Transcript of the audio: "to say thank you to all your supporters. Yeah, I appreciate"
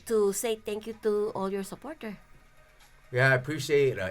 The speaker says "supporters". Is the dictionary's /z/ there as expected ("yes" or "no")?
no